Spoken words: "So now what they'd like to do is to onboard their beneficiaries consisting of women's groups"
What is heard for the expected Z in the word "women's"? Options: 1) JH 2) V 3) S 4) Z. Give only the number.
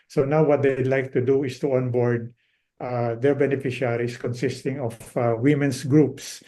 3